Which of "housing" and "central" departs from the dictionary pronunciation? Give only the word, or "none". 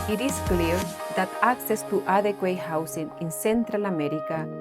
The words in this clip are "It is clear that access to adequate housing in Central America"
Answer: housing